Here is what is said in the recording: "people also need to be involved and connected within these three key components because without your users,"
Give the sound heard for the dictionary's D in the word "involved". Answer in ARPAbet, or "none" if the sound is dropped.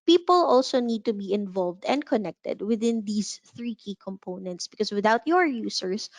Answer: D